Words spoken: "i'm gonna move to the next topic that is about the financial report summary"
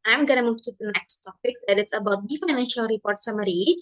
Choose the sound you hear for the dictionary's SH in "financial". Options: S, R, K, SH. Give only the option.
SH